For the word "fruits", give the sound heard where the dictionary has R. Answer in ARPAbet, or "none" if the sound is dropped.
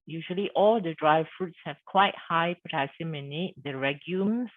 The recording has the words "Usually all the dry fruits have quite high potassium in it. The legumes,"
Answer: R